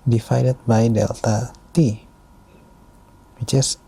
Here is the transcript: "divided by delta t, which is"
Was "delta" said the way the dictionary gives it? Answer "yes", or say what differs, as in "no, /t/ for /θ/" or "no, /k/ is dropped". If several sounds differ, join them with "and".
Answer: yes